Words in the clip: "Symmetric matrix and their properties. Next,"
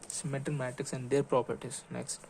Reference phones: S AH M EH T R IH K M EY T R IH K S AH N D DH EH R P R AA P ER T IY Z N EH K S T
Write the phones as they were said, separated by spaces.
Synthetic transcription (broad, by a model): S M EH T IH M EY T IH K S AH N D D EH R P R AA P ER T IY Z N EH K S T